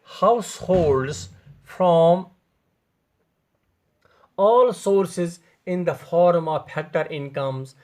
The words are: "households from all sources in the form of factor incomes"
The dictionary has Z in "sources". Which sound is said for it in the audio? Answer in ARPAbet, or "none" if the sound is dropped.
Z